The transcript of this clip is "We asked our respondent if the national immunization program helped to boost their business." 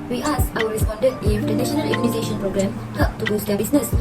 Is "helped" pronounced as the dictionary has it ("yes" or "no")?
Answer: no